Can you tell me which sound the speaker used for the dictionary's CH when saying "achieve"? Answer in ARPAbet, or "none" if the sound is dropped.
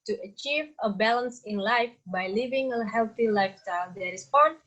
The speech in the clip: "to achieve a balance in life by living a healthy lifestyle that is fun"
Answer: CH